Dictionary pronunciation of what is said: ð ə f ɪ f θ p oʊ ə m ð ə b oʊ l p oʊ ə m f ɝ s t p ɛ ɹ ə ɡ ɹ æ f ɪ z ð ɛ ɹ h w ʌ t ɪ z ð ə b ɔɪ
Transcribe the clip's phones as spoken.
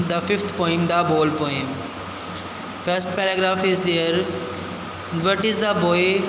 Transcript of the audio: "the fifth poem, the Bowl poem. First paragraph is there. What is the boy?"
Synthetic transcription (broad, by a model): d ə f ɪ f t p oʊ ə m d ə b oʊ l p oʊ ə m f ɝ s t p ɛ ɹ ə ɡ ɹ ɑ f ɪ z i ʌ ɹ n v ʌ t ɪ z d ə b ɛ